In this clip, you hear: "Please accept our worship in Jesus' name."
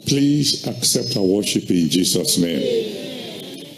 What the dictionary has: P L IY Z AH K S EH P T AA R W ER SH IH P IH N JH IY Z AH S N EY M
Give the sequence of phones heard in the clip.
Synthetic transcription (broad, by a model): P L IY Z AH K S EH P T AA W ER SH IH P IH N JH IY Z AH S N EY M